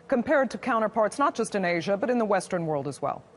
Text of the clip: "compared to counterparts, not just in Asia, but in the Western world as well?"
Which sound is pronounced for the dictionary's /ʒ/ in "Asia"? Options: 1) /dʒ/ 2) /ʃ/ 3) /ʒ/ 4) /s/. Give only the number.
3